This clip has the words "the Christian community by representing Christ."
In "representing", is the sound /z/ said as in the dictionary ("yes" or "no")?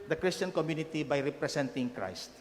no